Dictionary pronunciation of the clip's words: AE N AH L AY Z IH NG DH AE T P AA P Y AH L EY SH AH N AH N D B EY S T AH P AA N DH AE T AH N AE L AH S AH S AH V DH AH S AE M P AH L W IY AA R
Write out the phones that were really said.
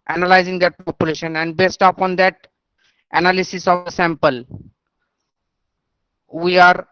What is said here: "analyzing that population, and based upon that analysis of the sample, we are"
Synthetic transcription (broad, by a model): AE N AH L AY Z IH NG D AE T P AA P Y AH L EY SH AH N AH N D B EY S T AH P AA N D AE T AH N AE L AH S AH S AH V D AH S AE M P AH L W IY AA R